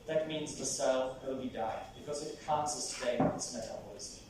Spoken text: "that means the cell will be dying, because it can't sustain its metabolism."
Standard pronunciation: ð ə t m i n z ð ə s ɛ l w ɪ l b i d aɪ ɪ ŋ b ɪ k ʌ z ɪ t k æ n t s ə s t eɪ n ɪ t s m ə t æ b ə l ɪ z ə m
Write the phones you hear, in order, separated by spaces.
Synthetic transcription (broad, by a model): ð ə t m i n z ð ə s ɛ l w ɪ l b i d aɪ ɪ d b ɪ k ʌ z ɪ t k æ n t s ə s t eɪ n ɪ t s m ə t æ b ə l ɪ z